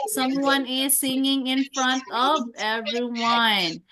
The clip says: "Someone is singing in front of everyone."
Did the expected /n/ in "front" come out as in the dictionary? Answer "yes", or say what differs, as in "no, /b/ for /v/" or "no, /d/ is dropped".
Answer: yes